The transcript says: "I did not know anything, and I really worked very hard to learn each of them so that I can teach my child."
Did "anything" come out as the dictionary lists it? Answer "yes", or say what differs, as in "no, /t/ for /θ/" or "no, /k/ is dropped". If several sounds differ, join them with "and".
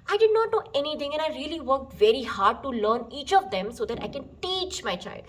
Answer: no, /t/ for /θ/